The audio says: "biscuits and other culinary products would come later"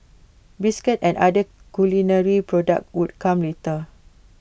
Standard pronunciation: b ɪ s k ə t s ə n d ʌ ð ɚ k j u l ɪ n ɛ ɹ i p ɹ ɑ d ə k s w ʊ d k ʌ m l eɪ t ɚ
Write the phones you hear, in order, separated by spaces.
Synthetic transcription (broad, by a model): b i s k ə t ə n d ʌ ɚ k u l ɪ n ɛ ɹ i p ɹ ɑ d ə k w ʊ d k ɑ m l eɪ t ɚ